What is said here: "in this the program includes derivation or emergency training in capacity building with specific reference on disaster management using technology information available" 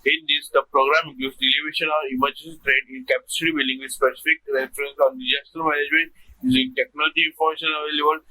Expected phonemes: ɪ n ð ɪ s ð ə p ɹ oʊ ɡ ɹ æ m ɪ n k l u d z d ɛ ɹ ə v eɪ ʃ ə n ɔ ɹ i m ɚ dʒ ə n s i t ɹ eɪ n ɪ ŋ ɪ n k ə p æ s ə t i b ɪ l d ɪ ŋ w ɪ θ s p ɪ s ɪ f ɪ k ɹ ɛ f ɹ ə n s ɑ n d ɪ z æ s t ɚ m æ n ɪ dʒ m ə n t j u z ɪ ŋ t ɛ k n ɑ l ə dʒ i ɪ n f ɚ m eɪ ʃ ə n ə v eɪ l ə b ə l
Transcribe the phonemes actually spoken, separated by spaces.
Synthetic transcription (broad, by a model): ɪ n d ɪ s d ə p ɹ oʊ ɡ ɹ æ m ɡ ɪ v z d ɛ l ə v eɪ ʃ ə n ɔ ɹ i m ɚ dʒ ə n s i t ɹ eɪ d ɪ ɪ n k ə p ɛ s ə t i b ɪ l d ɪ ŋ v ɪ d s p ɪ s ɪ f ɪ k ɹ ɛ f ɹ ə n s ɑ n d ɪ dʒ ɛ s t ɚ m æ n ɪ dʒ m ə n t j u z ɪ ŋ t ɛ k n ɑ l ə dʒ i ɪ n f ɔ m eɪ ʃ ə n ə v eɪ l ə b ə l